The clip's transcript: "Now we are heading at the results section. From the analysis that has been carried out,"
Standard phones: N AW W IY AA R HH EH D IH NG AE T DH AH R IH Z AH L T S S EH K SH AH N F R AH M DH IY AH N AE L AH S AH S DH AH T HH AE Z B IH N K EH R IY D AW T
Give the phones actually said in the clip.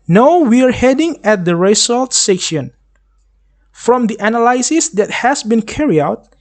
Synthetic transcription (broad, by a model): N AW W IY AA R HH EH D IH NG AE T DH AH R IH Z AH L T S S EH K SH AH N F R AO M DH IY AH N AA L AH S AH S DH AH T HH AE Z B IH N K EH R IY AW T